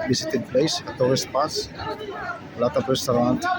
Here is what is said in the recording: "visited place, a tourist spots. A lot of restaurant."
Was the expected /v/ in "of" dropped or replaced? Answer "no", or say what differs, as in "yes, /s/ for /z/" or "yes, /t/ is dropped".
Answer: yes, /p/ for /v/